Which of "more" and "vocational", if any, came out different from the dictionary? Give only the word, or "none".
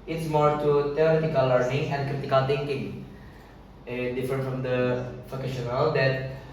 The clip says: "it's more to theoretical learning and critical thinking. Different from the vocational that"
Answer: vocational